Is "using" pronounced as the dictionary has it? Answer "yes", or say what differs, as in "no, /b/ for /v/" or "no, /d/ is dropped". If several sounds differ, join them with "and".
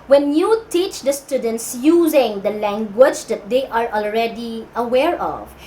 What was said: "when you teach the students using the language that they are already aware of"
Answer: yes